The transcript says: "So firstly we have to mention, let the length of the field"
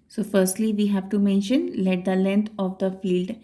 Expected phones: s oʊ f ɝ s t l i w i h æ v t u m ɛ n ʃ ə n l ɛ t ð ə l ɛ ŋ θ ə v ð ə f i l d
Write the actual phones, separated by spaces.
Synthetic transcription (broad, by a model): s oʊ f ɝ s t l i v i h æ v t u m ɛ n ʃ ə n l ɛ t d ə l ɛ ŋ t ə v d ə f i l d